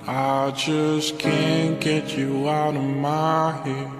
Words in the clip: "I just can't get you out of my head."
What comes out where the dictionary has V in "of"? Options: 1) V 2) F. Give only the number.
1